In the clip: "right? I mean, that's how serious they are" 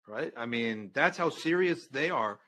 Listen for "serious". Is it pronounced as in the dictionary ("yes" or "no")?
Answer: yes